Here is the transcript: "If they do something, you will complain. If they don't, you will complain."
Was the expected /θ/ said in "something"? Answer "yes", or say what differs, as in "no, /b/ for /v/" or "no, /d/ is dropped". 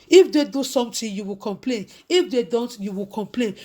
no, /t/ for /θ/